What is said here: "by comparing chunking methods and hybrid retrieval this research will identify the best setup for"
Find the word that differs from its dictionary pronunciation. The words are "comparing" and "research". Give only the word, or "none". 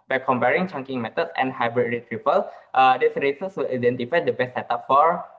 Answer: research